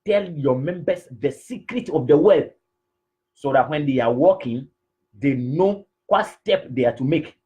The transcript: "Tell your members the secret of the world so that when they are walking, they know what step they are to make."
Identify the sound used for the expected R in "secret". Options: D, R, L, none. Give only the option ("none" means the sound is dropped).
R